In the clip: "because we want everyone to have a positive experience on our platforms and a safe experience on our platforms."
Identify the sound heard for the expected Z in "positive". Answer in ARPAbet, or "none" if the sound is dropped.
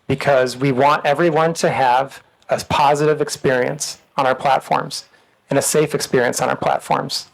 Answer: Z